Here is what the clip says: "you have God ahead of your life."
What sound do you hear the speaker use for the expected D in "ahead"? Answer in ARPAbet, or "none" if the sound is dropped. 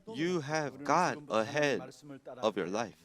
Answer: D